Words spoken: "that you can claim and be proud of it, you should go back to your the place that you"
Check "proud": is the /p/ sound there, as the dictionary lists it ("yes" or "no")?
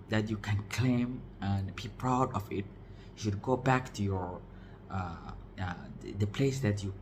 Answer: yes